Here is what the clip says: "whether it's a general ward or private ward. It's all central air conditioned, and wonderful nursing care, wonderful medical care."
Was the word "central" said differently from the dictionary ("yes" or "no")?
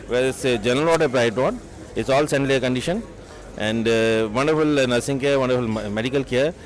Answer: yes